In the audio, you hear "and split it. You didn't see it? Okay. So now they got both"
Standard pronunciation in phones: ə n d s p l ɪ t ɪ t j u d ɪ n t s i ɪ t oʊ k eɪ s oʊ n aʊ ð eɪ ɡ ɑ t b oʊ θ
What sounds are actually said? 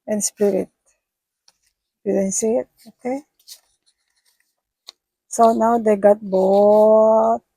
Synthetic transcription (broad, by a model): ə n s p ɪ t ɪ t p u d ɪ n s i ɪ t oʊ k eɪ s oʊ n aʊ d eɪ ɡ ɑ t b oʊ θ